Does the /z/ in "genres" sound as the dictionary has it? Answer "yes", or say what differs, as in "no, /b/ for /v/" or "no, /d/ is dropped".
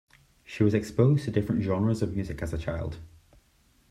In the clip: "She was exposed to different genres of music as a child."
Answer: yes